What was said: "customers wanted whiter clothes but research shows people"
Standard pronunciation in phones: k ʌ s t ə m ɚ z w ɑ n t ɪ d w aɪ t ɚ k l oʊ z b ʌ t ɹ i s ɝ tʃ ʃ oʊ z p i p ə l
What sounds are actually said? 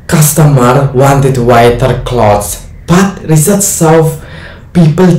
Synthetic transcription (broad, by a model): k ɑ s t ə m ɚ w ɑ n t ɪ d w aɪ t ɚ k l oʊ s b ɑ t ɹ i s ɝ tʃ s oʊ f p i p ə l